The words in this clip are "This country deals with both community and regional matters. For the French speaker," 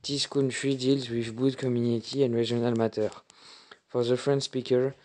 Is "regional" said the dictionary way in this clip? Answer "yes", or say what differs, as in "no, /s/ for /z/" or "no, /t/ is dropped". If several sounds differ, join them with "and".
no, /dʒ/ is dropped